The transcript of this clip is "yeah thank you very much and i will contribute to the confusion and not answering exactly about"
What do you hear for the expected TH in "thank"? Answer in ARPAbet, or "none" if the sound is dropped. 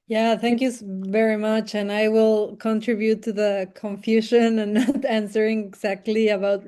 TH